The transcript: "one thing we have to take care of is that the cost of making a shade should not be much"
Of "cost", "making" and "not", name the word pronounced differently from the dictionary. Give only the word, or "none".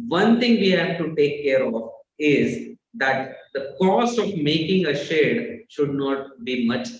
cost